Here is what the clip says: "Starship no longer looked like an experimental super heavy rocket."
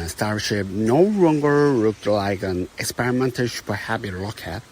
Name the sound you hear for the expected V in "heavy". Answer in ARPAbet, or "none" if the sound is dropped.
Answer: B